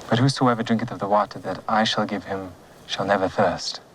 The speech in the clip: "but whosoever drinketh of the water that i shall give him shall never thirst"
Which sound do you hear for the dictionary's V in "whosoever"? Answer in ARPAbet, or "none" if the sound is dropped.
V